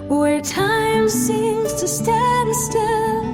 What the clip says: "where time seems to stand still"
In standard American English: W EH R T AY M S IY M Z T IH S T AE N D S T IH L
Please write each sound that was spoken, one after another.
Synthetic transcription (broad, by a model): W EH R T AY M S IY M Z T IH S T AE D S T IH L